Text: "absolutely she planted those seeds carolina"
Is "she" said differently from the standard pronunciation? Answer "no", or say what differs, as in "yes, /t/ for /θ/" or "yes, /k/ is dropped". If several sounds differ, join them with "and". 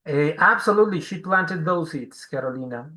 no